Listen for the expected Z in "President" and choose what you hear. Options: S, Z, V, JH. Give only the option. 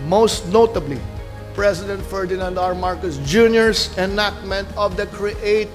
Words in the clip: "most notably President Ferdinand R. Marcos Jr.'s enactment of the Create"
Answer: S